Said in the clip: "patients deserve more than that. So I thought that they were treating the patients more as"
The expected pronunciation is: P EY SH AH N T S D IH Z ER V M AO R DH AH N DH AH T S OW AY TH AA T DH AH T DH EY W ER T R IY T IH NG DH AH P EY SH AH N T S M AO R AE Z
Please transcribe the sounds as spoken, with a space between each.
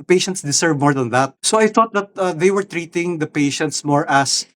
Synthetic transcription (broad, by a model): P EY SH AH N T S D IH S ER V M AO R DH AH N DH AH T S OW AY TH AA T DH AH T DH EY W ER T R IY T IH NG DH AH P EY SH AH N T S M AO R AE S